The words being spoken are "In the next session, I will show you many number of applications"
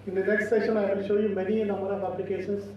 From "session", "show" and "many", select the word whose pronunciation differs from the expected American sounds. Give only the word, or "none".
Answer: none